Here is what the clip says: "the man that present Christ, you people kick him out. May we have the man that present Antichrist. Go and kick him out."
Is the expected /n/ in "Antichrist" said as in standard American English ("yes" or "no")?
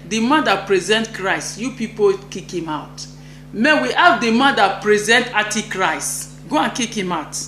no